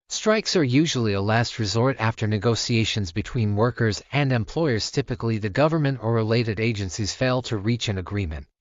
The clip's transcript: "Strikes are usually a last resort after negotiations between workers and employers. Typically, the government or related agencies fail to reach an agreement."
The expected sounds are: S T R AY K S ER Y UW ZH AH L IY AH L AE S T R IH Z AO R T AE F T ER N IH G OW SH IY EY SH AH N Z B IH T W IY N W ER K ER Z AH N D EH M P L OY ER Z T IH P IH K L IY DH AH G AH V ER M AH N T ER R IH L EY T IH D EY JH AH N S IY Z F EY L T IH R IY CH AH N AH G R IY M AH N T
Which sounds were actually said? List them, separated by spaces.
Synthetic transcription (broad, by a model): S T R AY K S ER Y UW ZH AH L IY AH L AE S T R IH Z AO R T AE F T ER N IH G OW S IY EY SH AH N Z B IH T W IY N W ER K ER Z AH N D EH M P L OY ER Z T IH P IH K L IY DH AH G AH V ER M AH N T ER R IH L EY T IH D EY JH AH N S IY Z F EY L T IH R IY CH AH N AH G R IY M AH N T